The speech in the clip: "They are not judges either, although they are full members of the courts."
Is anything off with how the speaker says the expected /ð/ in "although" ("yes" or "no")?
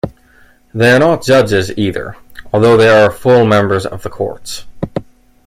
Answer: no